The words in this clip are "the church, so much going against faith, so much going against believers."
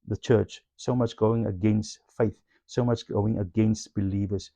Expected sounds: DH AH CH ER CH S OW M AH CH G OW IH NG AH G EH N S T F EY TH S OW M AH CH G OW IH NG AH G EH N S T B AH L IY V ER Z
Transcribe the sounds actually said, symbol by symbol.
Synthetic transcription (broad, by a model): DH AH CH ER CH S OW M AH CH G OW IH NG AH G EH N S T F EY TH S OW M AH CH G OW IH NG AH G EH N S T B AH L IY V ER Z